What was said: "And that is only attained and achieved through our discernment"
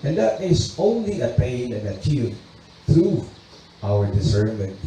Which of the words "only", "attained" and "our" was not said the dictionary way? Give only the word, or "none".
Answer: attained